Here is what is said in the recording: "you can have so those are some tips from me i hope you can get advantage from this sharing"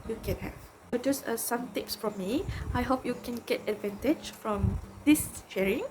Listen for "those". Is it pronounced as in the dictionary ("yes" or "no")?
no